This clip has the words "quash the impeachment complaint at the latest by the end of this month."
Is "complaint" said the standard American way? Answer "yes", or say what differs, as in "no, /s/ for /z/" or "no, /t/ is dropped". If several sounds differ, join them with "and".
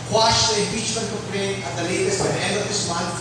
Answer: no, /m/ is dropped and /t/ is dropped